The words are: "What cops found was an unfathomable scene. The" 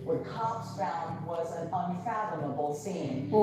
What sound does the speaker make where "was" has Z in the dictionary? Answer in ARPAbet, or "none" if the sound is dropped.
Z